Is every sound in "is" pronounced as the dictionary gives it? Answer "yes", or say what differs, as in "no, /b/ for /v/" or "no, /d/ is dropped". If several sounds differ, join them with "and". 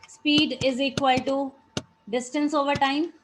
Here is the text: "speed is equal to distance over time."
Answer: yes